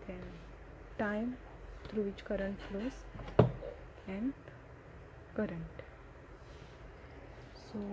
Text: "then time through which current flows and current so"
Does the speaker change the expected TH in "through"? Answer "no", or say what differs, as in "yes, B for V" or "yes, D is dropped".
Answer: yes, T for TH